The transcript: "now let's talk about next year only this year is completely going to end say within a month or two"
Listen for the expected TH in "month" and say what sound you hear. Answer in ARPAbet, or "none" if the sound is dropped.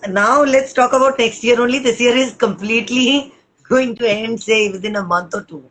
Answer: T